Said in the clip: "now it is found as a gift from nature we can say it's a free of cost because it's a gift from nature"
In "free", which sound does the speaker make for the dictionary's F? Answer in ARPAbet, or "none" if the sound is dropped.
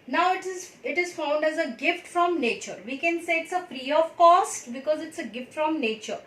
P